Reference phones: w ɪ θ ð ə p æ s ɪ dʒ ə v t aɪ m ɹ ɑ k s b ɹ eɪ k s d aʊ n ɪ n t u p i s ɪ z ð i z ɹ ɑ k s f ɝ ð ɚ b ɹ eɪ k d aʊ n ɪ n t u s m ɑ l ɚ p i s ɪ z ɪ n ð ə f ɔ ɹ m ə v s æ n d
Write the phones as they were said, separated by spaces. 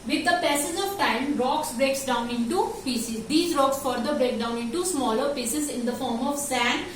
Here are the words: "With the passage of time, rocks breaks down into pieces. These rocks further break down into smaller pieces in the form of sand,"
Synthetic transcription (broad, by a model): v ɪ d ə p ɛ s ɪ z ə v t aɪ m ɹ ɑ k s b ɹ eɪ k s d aʊ n ɪ n t u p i s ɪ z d i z ɹ ɑ k s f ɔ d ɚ b ɹ eɪ k d aʊ n ɪ n t u s m ɑ l ɚ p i s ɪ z ɪ n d ə f ɔ ɹ m ə v s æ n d